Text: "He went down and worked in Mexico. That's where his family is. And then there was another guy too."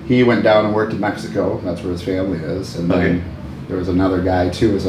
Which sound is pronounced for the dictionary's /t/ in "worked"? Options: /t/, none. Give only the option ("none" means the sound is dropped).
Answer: /t/